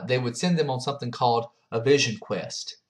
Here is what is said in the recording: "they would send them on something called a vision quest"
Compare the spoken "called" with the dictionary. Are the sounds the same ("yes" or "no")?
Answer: yes